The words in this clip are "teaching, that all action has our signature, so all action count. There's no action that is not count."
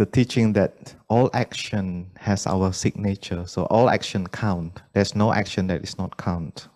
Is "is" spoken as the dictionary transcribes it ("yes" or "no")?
no